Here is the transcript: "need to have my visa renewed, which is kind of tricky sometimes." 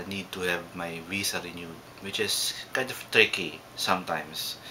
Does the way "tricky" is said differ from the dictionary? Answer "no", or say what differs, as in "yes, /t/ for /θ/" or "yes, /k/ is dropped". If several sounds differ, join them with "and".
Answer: no